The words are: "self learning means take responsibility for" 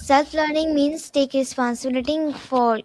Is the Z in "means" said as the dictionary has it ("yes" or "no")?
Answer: no